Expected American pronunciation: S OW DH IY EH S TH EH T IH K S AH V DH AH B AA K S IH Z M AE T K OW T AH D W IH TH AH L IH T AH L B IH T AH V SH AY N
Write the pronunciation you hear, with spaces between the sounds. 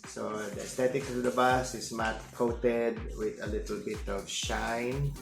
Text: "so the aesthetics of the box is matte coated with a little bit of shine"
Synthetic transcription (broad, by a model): S OW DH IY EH S T EH T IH K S AH V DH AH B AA S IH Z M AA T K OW T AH D W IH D AH L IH T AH L B IH T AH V SH AY N